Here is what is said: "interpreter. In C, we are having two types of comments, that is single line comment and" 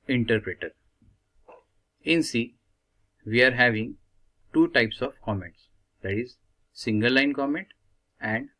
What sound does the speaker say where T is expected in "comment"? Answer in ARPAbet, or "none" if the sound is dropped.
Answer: T